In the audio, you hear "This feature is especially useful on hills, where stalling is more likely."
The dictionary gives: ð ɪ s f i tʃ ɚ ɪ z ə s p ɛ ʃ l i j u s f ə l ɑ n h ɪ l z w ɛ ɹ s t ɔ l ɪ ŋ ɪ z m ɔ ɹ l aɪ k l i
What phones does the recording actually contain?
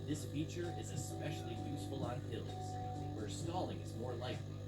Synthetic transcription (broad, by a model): ð ɪ s f i tʃ ɚ ɪ z ə s p ɛ ʃ l i j u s f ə l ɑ n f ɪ l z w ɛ ɹ s t ɔ l ɪ ŋ ɪ z m ɔ ɹ l aɪ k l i